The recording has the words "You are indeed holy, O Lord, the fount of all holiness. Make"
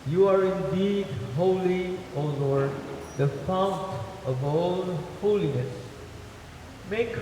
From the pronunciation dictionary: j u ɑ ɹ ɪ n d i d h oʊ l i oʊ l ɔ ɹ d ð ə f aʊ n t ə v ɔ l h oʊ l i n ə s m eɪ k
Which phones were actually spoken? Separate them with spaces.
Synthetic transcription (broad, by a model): j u ɑ ɹ ɪ n d i d h oʊ l i oʊ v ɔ ɹ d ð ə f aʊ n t ə v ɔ n h oʊ l i n ə s m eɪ k